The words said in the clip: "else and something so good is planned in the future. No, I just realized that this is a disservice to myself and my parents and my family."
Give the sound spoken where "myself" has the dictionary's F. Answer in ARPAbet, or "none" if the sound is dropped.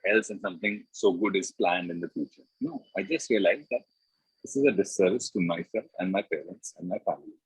none